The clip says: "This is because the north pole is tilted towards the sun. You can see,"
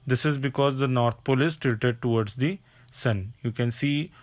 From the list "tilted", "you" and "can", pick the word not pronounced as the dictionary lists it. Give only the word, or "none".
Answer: tilted